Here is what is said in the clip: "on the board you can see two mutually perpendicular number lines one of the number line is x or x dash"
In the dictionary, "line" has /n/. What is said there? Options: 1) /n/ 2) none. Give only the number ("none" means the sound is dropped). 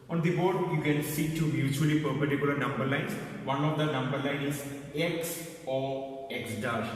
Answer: 1